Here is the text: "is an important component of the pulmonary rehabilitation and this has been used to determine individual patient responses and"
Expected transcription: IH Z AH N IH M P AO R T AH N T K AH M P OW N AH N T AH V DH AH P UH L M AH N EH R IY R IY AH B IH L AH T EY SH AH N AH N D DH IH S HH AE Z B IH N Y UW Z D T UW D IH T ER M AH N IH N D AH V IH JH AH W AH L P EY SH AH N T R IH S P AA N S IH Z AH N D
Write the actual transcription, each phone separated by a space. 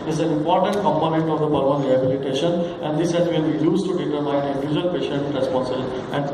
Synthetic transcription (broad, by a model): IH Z AH N IH M P AO R T AH N T K AH M P OW N AH N T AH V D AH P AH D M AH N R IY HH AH B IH L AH T EY SH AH N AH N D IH S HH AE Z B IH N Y UW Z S T UW D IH T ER M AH IH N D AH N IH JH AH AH L P EY SH AH N T R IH S P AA N S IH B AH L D